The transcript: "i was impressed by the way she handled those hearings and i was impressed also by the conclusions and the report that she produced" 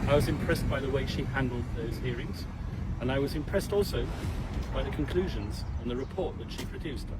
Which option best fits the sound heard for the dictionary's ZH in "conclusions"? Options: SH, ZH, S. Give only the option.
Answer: ZH